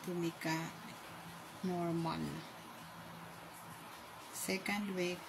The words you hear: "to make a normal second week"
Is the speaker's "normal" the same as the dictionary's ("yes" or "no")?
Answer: no